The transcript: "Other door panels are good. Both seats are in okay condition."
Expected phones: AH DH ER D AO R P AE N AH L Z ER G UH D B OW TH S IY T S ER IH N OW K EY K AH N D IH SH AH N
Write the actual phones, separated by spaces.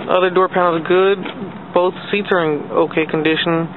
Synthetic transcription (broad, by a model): AH DH ER D AO R P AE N L Z G UH D B OW TH S IY T S ER IH N OW K EY K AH N D IH SH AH N